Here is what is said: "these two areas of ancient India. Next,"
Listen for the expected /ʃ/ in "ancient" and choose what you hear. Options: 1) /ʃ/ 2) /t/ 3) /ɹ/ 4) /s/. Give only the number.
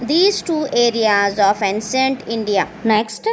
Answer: 4